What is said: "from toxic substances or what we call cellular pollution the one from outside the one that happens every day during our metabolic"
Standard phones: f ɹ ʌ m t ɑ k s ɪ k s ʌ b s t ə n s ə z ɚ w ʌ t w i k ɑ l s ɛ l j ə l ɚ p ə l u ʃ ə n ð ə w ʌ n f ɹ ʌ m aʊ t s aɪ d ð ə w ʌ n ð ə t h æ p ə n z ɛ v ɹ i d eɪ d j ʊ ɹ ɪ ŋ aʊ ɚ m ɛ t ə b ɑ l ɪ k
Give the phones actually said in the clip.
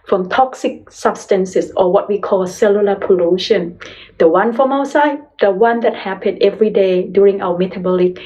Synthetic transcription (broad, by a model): f ɹ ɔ m t ɑ k s ɪ k s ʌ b s t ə n s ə s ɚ w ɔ t w i k ɑ l s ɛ l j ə l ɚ p ə l u ʃ ə n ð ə w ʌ n f ɹ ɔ m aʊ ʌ s aɪ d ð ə w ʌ n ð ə t h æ p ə n ɛ v ɹ i d eɪ d j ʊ ɹ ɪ ŋ aʊ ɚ m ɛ t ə b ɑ l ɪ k